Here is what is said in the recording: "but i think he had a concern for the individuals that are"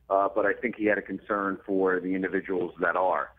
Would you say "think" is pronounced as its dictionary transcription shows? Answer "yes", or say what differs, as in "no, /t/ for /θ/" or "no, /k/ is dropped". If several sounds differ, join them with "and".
yes